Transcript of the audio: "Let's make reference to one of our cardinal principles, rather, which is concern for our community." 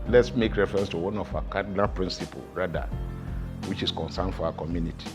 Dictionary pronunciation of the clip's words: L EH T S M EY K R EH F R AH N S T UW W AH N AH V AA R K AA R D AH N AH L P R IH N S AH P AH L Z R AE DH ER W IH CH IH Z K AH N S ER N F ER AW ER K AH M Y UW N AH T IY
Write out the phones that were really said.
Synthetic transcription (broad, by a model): L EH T S M EY K R EH F R AH N S T UW W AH N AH F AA K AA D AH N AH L P R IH N S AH P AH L R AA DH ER W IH CH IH S K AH N S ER N F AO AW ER K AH M Y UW N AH T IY